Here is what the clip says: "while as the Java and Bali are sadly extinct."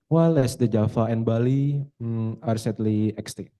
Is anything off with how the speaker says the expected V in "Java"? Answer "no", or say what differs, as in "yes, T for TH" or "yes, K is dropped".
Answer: yes, F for V